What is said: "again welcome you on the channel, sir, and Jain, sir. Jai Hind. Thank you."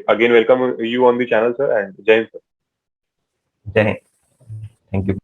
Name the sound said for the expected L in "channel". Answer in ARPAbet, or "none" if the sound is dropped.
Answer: L